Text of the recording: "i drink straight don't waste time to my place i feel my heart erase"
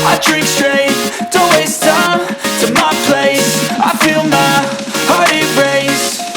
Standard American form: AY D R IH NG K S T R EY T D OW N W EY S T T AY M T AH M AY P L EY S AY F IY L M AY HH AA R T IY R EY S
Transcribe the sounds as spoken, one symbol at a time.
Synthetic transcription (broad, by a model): AY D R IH K S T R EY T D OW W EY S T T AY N T AH M AY P L EY S AY F IY L M AY HH AA R T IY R EY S